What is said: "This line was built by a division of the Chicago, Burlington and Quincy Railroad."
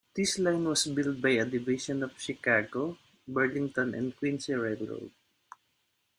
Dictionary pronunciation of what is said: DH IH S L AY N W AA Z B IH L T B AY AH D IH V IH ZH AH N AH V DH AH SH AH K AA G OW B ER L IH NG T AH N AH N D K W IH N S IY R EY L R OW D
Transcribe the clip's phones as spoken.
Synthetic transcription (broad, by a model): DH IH S L AY N W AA S B IH L T B AY AH D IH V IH SH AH N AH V SH AH K AA G OW B ER L IH NG T AH N AH N D K W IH N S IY R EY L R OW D